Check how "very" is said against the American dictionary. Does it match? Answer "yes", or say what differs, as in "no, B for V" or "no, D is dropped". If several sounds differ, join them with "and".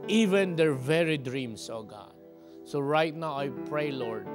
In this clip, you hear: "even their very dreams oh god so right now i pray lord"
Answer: yes